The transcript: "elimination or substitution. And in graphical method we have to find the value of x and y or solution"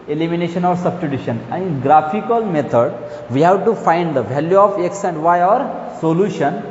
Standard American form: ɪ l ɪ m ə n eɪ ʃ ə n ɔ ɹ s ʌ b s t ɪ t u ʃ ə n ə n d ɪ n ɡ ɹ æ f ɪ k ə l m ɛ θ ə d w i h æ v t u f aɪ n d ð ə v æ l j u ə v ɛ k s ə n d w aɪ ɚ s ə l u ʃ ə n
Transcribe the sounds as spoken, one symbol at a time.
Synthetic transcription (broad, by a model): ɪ l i m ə n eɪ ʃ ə n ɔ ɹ s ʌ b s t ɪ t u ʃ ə n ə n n ɡ ɹ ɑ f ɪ k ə l m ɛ t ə d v i h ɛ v t u f aɪ n d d ə v æ l j u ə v ɛ k s ə n d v aɪ ɚ s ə l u ʃ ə n